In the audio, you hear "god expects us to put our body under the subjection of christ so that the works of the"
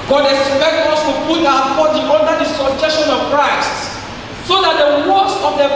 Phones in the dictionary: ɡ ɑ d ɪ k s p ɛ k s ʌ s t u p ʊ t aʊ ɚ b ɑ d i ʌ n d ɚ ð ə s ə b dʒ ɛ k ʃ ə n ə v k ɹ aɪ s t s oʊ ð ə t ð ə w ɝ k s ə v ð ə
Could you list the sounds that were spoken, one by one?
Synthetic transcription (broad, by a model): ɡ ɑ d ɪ s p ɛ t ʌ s t u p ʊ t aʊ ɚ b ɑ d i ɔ n d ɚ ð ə s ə dʒ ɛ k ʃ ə n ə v k ɹ aɪ s t s oʊ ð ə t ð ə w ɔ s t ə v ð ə